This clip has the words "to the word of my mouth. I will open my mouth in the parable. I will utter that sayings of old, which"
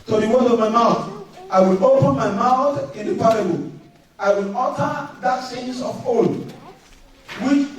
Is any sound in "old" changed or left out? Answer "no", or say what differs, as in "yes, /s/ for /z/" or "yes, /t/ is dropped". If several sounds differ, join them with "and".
yes, /l/ is dropped